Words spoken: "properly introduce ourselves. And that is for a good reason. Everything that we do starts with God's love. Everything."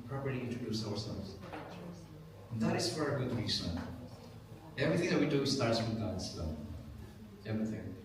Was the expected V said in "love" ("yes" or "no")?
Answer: no